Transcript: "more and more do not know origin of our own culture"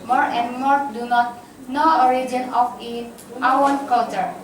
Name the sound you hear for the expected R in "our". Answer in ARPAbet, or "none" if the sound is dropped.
W